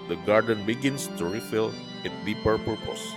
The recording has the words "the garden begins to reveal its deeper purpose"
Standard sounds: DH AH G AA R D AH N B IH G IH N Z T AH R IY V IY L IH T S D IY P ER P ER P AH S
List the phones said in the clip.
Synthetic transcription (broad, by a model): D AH G AA R D AH N B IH G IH N S T AH R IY F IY L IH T D IY P ER P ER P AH S